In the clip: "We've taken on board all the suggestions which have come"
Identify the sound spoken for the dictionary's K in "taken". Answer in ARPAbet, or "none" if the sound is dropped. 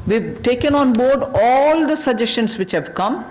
K